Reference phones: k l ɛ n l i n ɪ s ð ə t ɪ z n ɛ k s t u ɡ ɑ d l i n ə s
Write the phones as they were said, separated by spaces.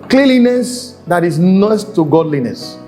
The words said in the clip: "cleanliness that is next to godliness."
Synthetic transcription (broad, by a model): k l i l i n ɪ s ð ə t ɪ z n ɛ s t u ɡ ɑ d l i n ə s